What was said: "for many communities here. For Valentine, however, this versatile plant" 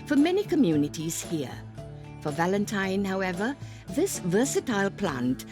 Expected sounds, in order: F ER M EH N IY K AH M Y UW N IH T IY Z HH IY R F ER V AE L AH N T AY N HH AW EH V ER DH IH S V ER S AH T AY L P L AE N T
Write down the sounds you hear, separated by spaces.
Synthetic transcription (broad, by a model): F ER M EH N IY K AH M Y UW N IH T IY Z HH IY R F ER V AE L AH N T AY N HH AW EH V ER DH IH S V ER S AH T AY L P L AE N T